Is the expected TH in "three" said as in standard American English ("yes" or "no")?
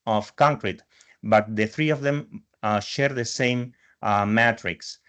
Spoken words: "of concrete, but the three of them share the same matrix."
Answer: yes